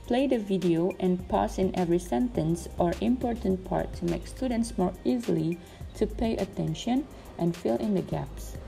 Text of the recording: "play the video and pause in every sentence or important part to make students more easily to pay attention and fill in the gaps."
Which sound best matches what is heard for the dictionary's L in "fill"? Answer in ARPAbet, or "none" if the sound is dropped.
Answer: L